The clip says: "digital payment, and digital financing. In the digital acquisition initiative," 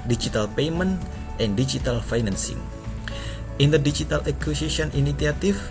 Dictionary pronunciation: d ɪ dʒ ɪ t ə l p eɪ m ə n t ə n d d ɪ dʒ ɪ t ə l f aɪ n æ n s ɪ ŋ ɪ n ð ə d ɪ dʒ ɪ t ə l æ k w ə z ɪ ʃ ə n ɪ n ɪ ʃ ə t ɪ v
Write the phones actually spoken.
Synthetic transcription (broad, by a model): d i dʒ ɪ t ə l p eɪ m ə n t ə n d d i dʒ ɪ t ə l f aɪ n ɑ n s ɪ ŋ ɪ n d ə d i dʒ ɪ t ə l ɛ k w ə s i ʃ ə n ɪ n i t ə t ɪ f